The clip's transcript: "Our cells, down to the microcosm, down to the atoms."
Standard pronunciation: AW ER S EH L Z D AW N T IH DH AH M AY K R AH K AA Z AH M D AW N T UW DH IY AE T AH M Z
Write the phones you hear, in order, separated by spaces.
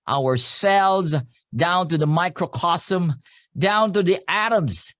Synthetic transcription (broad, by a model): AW ER S EH L Z D AW N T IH DH AH M AY K R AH K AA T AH M D AW N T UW DH IY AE T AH M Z